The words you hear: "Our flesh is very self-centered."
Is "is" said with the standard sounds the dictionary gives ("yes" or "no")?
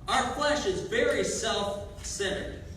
yes